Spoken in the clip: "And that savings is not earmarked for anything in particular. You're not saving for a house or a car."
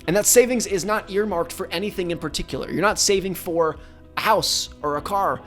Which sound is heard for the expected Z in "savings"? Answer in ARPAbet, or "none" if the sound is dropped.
Z